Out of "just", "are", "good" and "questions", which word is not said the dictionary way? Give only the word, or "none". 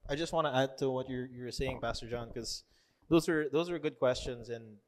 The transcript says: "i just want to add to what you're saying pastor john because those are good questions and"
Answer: none